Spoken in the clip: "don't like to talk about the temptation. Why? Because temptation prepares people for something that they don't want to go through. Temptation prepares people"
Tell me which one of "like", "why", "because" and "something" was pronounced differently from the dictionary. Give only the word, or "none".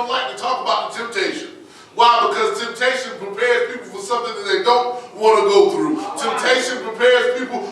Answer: none